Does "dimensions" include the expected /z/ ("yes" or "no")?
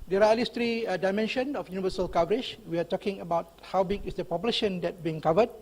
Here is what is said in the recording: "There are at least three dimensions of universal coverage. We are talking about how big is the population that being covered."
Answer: no